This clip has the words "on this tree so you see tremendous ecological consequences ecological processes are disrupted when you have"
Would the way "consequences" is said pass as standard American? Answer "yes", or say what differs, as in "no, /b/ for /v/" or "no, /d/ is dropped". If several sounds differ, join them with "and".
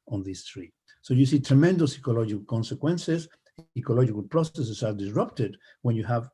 no, /s/ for /z/